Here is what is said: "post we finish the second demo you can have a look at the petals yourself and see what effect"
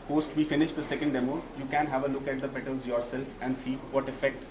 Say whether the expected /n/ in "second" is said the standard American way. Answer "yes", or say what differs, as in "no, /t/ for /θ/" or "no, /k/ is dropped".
yes